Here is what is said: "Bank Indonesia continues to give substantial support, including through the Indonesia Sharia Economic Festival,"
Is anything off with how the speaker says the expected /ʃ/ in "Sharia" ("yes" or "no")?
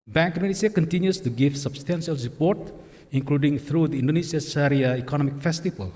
yes